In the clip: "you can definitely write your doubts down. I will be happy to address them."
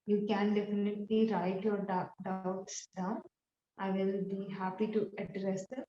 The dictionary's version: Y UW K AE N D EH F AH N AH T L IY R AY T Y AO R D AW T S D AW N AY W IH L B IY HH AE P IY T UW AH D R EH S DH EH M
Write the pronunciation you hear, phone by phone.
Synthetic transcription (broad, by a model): Y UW K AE N D EH F AH N AH T L IY R AY T Y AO R D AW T S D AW N AY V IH L B IY HH AE P IY T UW AH D R EH S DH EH